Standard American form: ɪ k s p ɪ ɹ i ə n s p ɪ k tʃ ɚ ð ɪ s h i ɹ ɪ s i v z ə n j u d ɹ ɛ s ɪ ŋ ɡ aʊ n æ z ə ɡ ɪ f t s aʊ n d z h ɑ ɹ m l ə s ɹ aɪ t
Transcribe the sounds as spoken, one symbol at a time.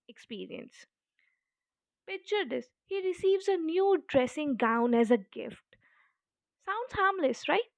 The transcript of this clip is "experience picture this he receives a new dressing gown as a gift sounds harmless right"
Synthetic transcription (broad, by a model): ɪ k s p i ɹ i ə n s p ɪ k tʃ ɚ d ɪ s h i ɹ ɪ s i v z ə n j u d ɹ ɛ s ɪ ŋ ɡ aʊ n æ z ə ɡ ɪ f t s aʊ n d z h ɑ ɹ m l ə s ɹ aɪ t